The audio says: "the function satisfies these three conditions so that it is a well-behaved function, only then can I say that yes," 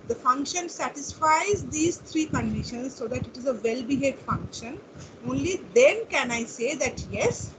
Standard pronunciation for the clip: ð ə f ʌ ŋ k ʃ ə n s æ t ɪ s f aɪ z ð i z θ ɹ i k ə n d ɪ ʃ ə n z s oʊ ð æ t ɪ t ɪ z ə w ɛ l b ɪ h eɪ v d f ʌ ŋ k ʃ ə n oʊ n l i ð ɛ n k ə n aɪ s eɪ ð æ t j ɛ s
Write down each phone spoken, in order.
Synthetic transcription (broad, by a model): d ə f ʌ ŋ k ʃ ə n s æ t ɪ s f aɪ z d i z t ɹ i k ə n d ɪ ʃ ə n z s oʊ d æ t ɪ t ɪ z ə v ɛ l b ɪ h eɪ d f ʌ ŋ k ʃ ə n oʊ n l i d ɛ n k ə n aɪ s eɪ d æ t j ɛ s